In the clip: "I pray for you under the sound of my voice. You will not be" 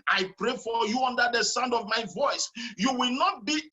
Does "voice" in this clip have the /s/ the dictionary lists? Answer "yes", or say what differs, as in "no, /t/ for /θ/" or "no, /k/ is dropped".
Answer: yes